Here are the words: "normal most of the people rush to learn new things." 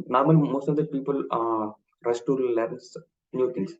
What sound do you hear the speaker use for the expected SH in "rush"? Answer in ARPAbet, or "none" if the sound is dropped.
S